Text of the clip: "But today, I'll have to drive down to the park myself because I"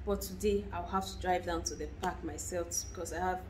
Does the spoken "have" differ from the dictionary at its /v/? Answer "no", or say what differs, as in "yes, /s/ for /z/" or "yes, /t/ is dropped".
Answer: yes, /f/ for /v/